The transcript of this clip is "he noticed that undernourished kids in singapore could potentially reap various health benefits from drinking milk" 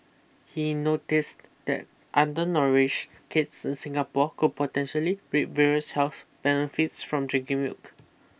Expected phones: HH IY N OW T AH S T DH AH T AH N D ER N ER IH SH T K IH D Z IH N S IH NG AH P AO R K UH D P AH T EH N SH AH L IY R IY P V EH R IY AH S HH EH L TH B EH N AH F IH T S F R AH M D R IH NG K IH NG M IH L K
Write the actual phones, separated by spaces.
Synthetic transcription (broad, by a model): HH IY N OW T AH S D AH T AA N D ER N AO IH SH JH K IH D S IH N S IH NG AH P AO K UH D P AH T EH N SH AH L IY R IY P V EH R IY AH S HH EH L S B EH N AH F IH T S F R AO M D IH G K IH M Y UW K